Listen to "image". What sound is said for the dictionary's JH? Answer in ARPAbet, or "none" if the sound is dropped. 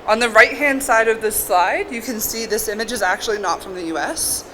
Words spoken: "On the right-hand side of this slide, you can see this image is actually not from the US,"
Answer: JH